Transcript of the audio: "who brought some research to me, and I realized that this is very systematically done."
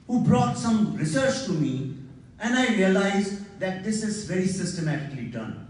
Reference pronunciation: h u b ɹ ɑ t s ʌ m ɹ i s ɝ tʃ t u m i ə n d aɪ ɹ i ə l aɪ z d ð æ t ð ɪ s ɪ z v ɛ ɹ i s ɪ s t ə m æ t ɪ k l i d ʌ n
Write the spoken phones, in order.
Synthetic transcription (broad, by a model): h u b ɹ ɑ t s ʌ m ɹ i s ɝ tʃ t u m i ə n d aɪ ɹ i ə l aɪ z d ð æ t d ɪ s ɪ z v ɛ ɹ i s ɪ s t ə m æ t ɪ k l i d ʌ n